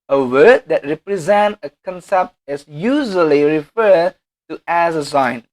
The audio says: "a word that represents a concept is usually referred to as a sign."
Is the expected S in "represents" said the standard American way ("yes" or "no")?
no